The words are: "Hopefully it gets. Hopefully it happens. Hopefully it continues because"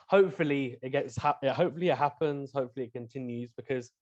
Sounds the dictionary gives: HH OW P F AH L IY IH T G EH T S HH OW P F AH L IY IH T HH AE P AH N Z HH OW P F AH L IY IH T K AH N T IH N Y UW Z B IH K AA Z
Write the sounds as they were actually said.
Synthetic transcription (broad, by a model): HH OW P F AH L IY IH T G EH T S HH OW P F AH L IY IH T HH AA P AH N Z HH OW P F AH L IY IH T K AH N T IH N Y UW Z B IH K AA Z